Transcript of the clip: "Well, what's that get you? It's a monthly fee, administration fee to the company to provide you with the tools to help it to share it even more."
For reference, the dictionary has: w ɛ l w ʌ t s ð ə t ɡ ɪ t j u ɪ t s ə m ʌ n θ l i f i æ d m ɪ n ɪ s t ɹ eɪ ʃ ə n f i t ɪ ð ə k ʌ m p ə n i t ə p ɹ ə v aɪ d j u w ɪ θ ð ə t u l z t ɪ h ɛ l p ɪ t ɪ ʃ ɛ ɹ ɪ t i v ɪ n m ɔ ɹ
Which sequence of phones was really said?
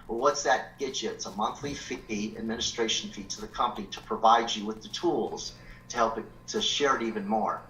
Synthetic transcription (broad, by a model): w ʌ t w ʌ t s ð ə t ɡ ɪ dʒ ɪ ɪ t s ə m ʌ n θ l i f i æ d m ɪ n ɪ s t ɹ eɪ ʃ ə n f i t ɪ ð ə k ʌ m p ə n i t ə p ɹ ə v aɪ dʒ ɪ w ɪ ð ə t u l z t ɪ h ɛ l p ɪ t ɪ ʃ ɛ ɹ ɪ t i v ɪ n m ɔ ɹ